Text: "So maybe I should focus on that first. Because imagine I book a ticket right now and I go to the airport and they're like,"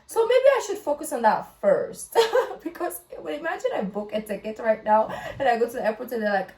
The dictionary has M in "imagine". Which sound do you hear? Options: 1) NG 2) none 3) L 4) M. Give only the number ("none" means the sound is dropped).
4